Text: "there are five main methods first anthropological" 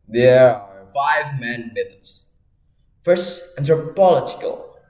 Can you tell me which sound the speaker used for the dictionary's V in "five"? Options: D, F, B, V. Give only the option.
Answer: V